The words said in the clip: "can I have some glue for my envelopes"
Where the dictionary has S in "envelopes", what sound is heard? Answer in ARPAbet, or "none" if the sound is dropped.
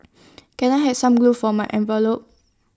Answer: none